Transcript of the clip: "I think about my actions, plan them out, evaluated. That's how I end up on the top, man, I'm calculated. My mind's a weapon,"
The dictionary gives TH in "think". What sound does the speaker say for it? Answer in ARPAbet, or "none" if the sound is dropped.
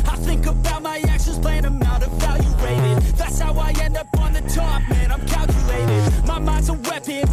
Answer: TH